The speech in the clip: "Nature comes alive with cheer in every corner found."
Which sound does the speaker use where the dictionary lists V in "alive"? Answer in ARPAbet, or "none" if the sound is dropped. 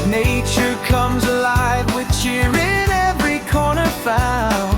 V